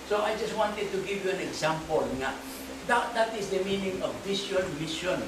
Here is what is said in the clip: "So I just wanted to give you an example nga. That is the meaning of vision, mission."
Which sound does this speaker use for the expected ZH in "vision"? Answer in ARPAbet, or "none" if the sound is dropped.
SH